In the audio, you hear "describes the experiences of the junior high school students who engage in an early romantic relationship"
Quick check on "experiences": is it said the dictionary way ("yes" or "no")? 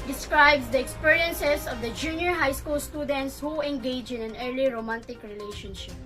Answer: no